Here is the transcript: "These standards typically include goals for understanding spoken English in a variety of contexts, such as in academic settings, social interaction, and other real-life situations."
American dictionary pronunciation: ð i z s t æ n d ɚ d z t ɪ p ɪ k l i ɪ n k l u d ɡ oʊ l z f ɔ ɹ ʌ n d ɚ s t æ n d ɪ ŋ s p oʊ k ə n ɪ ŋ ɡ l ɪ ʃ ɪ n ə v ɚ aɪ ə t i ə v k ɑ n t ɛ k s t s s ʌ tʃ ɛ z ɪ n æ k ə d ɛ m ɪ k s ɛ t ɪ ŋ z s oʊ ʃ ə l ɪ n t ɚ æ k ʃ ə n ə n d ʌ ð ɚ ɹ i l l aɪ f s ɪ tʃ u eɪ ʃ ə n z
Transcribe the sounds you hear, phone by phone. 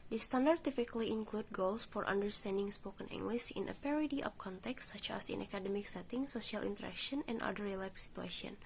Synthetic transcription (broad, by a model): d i s t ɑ n d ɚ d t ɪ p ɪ k l i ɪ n k l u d ɡ oʊ l s f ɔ ɹ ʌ n d ɚ s t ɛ n d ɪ ŋ s p oʊ k ə n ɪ ŋ ɡ l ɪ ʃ ɪ n ə p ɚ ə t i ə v k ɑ n t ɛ k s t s s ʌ tʃ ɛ s ɪ n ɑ k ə d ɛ m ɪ k s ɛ t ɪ ŋ s oʊ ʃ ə l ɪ n t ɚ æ k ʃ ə n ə n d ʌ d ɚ ɹ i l l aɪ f s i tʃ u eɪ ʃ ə n